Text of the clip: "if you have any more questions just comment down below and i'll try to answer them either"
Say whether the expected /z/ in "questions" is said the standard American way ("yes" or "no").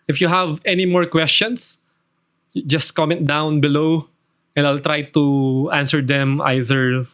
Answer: no